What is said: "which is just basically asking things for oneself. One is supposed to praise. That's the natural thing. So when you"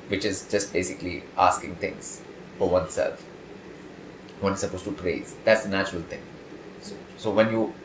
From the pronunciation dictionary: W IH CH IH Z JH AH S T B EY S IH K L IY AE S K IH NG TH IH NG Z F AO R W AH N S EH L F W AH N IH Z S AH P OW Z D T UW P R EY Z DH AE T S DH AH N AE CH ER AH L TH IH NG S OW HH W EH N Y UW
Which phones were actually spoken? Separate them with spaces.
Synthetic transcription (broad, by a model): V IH CH IH Z JH AH S T B EY S IH K L IY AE S K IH NG T IH NG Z F AO R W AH N S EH L F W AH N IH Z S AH P OW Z T UW P R EY Z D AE T S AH N AE CH ER AH L T IH NG S OW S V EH N Y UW